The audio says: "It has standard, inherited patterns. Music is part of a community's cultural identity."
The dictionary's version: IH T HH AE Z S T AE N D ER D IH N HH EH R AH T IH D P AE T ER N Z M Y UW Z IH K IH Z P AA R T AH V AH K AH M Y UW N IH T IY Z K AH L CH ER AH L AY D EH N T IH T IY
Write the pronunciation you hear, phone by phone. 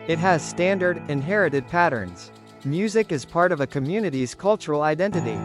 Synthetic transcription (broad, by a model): IH T HH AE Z S T AE N D ER D IH N HH EH R AH T IH D P AE T ER N Z M Y UW Z IH K IH Z P AA R T AH V AH K AH M Y UW N IH T IY Z K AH L CH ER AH L AY D EH N T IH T IY